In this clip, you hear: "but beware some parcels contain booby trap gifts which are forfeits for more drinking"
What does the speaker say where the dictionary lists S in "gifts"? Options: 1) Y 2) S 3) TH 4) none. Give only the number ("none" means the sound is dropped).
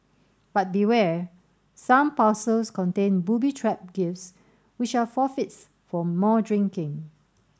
2